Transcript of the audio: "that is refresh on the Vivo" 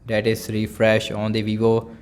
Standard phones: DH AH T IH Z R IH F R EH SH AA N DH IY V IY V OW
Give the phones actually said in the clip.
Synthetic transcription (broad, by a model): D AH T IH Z R IH F R EH SH AA N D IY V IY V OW